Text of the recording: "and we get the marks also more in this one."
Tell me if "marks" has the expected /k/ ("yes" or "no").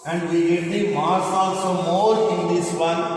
no